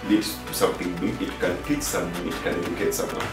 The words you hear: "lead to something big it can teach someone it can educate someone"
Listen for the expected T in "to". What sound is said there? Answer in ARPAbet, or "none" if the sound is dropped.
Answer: S